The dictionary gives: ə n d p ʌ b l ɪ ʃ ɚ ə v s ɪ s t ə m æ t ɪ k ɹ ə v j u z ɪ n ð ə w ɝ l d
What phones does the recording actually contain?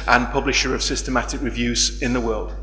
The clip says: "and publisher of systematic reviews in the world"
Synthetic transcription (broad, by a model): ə n p ʌ b l ɪ ʃ ɚ ə v s ɪ s t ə m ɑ t ɪ k ɹ ə v j u z ɪ n ð ə w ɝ l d